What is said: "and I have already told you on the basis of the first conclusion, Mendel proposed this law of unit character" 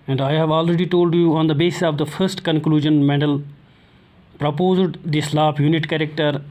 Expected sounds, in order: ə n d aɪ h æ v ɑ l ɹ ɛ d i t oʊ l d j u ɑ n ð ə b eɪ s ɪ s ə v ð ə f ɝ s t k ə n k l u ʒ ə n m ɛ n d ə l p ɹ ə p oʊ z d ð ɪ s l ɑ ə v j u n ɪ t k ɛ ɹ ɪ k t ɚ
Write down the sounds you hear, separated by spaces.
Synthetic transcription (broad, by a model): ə n d aɪ h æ v ɑ l ɹ ɛ d i t oʊ l d j u ɑ n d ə b eɪ s ɪ s ə v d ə f ɝ s t k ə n k l u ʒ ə n m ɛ d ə l p ɹ ə p oʊ z d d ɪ s l ɑ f j u n ɪ t k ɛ ɹ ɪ k t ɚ